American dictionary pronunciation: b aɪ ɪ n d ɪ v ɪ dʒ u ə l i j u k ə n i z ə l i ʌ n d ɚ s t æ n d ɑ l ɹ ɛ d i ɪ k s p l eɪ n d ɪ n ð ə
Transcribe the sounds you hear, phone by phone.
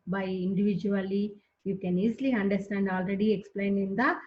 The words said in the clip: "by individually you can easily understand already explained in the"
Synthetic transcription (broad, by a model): b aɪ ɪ n d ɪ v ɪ dʒ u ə l i j u k ə n i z l i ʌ n d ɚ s t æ n d ɑ l ɹ ɛ d i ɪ k s p l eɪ n ɪ n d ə